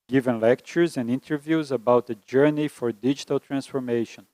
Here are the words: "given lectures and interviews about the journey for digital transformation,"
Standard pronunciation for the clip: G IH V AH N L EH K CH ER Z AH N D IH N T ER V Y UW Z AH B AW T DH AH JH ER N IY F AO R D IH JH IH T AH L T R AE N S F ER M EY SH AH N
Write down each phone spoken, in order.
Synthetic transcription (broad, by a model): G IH V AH N L EH K CH ER Z AH N D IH N T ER V Y UW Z AH B AW T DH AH JH ER N IY F AO R D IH JH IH T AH L T R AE N S F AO M EY SH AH N